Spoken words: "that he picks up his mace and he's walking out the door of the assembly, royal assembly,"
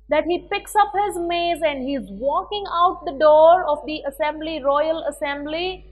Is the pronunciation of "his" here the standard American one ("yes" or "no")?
yes